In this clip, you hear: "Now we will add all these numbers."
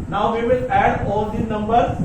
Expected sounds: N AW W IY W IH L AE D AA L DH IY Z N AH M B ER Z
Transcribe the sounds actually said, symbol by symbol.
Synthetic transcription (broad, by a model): N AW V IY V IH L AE D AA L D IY N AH M B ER